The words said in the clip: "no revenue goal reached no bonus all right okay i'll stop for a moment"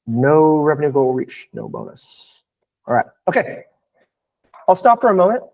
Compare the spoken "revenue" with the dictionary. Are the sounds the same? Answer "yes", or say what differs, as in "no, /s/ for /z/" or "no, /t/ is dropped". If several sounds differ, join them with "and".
yes